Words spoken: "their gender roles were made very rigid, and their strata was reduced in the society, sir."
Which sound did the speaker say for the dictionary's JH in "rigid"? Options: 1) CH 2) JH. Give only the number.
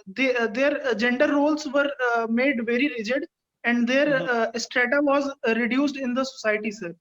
2